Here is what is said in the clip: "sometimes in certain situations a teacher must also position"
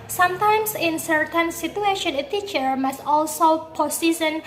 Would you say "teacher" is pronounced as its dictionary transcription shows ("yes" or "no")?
yes